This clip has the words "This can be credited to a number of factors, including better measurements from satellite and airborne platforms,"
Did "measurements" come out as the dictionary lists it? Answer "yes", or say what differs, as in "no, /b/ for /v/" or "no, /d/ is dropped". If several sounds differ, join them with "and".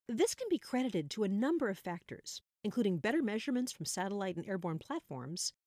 yes